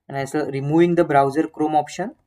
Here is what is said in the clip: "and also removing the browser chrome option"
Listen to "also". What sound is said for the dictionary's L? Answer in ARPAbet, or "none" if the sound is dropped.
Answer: none